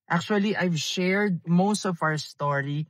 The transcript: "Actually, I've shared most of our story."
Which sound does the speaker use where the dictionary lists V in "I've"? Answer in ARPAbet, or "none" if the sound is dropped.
V